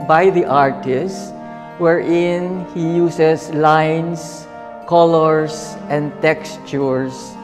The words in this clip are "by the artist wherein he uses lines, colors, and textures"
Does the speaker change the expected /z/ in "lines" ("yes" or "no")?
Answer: yes